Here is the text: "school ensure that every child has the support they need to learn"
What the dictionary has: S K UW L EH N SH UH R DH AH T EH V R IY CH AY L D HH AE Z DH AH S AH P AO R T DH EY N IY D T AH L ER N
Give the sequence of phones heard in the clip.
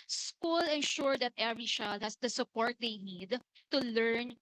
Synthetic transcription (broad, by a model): S K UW L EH N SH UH R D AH T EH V R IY SH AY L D HH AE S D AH S AH P AO R T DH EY N IY D T AH L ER N